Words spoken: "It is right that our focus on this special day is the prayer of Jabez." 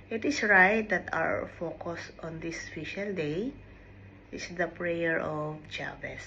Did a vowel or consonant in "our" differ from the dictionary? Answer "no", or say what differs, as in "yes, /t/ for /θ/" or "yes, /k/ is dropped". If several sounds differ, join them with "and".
yes, /w/ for /ɹ/